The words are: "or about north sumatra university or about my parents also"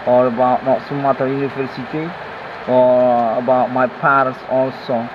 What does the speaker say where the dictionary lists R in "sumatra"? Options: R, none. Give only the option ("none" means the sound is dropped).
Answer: none